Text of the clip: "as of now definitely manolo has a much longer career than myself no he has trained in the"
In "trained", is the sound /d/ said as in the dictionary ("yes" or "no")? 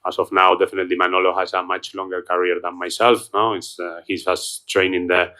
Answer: no